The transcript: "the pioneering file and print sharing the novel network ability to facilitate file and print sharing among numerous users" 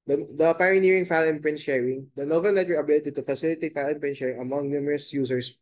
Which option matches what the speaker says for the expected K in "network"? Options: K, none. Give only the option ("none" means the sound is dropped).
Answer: none